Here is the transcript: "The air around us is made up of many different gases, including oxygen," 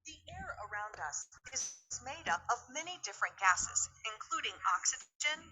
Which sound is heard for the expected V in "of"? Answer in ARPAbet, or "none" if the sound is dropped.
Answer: V